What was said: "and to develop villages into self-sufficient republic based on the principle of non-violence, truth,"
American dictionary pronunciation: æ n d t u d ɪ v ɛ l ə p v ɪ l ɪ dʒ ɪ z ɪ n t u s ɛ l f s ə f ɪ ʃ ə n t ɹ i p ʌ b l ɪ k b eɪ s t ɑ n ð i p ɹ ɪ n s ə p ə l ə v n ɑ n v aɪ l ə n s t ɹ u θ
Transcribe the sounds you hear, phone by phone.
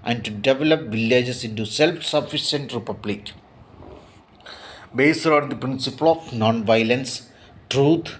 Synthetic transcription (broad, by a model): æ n d t u d ɪ v ɛ l ə p v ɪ l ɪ dʒ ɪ s ɪ n t u s ɛ l f s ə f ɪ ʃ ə n t ɹ i p ʌ b l ɪ k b eɪ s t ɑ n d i p ɹ ɪ n s ə p ə l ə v n ɑ n v aɪ l ə n s t ɹ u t